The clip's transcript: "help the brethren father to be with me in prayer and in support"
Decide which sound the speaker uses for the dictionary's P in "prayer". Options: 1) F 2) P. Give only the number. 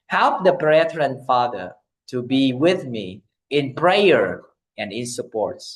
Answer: 2